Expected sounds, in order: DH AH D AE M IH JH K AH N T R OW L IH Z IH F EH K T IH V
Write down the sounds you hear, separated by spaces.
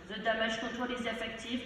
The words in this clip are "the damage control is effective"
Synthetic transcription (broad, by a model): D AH D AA M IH ZH K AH T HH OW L IH Z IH F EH K T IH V